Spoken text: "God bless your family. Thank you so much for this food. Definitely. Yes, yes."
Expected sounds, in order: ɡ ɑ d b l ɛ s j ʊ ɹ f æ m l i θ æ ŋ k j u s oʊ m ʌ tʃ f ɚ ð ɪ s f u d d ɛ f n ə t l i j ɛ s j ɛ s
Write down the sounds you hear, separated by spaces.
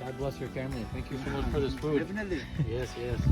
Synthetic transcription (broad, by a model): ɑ d b l ɛ s j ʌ ɹ f æ m l i θ æ ŋ k j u s oʊ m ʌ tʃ f ɚ ð ɪ s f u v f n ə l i j ɛ s j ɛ s